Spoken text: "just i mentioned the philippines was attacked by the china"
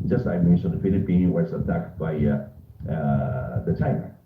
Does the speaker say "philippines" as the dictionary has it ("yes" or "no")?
no